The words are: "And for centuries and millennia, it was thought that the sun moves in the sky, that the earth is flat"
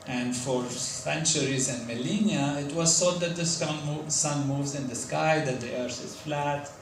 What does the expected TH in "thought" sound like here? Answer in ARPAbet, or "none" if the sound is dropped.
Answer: S